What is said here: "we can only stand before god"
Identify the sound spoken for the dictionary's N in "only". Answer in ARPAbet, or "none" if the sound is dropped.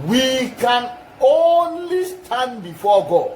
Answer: N